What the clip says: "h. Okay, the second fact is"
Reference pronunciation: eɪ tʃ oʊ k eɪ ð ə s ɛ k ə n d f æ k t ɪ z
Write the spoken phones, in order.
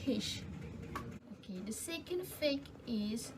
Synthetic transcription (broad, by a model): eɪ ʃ oʊ k eɪ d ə s ɛ k ə n d f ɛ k ɪ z